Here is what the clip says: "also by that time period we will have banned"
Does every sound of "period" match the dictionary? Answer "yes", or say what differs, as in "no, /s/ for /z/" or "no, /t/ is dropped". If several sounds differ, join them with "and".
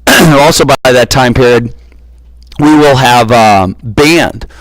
yes